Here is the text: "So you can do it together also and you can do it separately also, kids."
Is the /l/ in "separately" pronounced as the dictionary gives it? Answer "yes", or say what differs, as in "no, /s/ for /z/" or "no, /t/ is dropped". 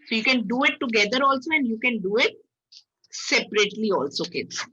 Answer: yes